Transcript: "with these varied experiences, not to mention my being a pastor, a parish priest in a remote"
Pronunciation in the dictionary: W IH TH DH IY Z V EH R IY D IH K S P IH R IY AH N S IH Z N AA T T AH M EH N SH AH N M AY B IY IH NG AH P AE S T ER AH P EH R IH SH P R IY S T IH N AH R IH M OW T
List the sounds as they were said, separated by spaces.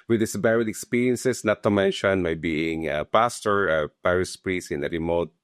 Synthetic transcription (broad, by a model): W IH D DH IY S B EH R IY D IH K S P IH R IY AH N S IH S N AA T T AH M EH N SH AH N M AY B IY IH NG AH P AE S T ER AH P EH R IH S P R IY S IH N AH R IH M OW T